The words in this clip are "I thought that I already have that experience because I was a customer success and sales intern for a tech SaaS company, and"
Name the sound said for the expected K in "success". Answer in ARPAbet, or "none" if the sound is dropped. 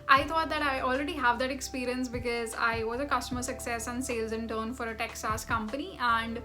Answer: K